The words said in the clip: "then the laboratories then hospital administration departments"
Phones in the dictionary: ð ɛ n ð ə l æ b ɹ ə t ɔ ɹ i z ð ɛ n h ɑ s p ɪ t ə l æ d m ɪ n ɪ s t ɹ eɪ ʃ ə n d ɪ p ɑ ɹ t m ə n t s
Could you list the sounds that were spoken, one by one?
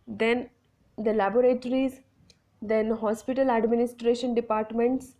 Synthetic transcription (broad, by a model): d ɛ n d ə l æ b ɹ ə t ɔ ɹ i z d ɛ n h ɑ s p ɪ t ə l æ d m ɪ n ɪ s t ɹ eɪ ʃ ə n d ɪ p ɑ ɹ t m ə n t s